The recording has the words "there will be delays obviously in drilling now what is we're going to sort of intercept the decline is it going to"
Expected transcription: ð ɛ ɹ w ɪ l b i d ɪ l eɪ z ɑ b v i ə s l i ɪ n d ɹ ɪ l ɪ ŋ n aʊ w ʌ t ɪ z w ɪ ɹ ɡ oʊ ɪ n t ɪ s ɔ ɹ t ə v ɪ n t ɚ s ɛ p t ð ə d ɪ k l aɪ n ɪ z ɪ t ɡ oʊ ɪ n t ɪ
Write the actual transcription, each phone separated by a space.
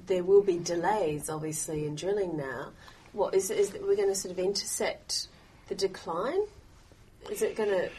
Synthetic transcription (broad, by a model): ð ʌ ɹ w ɪ l b i d ɪ l eɪ z ɑ b v i ə s l i ɪ n d ɹ ɪ l ɪ ŋ n aʊ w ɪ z ɪ z w ɪ ɹ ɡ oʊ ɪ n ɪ s ɔ ɹ t ə v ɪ n t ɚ s ɛ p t ð ə d ɪ k l aɪ n ɪ z ɪ t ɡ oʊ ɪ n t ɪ